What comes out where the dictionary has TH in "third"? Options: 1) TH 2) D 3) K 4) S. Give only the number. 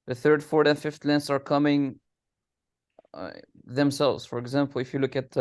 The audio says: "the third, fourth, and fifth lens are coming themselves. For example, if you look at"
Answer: 1